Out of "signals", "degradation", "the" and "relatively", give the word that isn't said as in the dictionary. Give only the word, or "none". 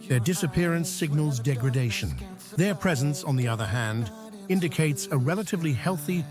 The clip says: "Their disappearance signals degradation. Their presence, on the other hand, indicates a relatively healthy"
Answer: none